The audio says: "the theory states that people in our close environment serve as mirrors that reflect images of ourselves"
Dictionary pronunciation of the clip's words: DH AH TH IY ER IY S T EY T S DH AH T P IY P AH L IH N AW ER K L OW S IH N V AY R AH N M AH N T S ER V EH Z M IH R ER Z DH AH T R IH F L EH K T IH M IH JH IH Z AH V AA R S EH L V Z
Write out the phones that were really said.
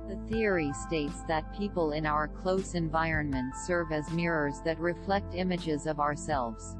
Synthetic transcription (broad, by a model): DH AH TH IY ER IY S T EY T S DH AH T P IY P AH L IH N AW ER K L OW S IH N V AY R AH N M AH N T S ER V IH Z M IH R ER Z DH AH T R IH F L EH K T IH M IH JH IH Z AH V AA R S EH L V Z